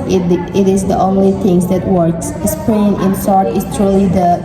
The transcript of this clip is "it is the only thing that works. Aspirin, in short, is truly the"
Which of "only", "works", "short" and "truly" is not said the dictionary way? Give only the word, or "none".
short